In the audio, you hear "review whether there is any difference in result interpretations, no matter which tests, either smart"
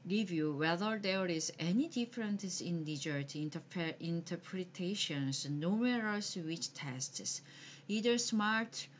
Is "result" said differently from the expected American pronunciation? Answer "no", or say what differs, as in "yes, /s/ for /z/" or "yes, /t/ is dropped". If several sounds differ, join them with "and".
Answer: yes, /n/ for /l/